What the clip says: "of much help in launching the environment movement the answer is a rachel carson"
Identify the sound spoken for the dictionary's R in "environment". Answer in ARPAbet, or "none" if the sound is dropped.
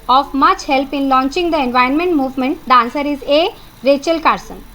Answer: none